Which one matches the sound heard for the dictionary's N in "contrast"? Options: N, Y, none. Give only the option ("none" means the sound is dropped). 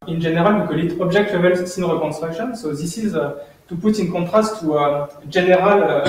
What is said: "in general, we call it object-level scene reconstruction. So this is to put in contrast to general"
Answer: none